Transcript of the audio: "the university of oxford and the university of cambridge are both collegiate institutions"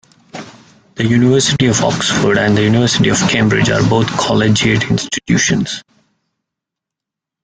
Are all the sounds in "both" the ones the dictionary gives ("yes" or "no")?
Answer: no